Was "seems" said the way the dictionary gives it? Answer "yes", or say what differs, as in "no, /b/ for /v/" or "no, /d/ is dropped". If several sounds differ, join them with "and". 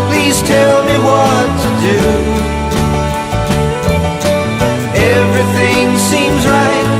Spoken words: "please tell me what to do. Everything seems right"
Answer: yes